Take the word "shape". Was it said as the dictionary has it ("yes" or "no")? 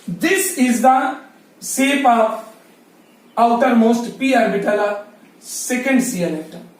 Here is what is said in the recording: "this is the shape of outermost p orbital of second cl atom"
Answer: no